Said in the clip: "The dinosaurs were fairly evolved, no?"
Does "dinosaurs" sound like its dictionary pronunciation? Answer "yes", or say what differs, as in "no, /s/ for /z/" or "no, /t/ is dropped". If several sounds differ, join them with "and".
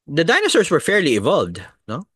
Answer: no, /s/ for /z/